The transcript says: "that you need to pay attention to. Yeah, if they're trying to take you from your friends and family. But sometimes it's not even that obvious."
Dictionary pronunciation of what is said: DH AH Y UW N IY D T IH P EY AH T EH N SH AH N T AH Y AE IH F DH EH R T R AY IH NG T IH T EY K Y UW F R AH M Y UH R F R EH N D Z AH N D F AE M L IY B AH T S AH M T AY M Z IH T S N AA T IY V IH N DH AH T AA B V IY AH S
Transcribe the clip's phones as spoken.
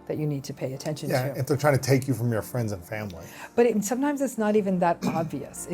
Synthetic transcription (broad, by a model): DH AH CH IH N IY D T IH P EY AH T EH N SH AH N Y AE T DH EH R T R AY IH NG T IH T EY K Y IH F R AH M Y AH R F R EH N D Z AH N F AE M L IY B AH T S AH M T AY M Z IH T S N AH T IY V IH N DH AH T AA B V IY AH S